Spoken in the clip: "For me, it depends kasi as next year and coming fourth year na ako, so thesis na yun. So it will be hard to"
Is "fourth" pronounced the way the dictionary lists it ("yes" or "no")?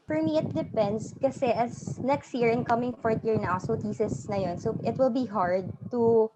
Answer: no